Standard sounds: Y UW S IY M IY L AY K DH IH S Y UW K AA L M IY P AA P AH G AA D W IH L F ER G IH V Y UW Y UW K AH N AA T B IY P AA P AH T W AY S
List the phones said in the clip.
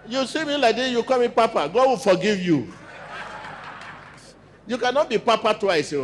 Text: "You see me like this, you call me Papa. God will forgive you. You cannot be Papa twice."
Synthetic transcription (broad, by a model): Y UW S IY M IY L AY K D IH Y UW K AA M IY P AA P AH G AA D W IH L F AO G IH V Y UW Y UW K AH N AA T B IY P AA P AH T W AY S